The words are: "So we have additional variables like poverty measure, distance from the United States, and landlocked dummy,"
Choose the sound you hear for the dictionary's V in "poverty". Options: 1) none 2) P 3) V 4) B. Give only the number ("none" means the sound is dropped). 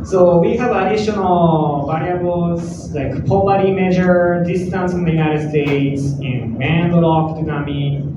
4